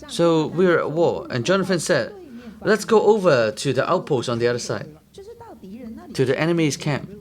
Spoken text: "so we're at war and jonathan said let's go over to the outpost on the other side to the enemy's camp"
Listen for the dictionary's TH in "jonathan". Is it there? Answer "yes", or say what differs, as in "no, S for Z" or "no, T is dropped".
no, F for TH